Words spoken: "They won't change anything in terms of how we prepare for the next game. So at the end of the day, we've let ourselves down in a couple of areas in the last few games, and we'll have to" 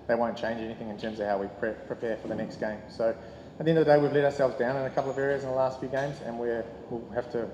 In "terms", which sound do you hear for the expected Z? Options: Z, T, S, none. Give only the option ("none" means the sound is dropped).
Z